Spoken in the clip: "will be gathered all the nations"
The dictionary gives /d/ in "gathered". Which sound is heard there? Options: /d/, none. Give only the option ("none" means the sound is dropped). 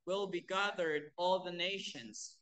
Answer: /d/